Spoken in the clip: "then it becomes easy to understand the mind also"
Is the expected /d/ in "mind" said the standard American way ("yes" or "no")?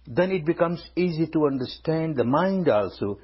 yes